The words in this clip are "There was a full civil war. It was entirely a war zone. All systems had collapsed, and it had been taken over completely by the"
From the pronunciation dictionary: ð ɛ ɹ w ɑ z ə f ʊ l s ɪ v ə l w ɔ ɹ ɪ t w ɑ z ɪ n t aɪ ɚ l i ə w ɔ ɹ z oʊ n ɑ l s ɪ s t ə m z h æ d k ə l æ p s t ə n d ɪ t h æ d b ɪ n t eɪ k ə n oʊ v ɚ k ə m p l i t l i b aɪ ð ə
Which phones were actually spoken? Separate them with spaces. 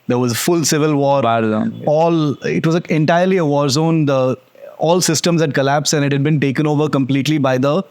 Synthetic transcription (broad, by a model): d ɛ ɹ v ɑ z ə f ʊ l s ɪ v ə l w ɔ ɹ ɪ t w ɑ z ɪ n t aɪ ɚ l i ə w ɔ ɹ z oʊ n ɑ l s ɪ s t ə m z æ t k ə l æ p s ə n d ɪ t h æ d b ɪ n t eɪ k ə n oʊ v ɚ k ə m p l i t l i b aɪ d ə